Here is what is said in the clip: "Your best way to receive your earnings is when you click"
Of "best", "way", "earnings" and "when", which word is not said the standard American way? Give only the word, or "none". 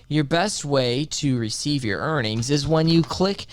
none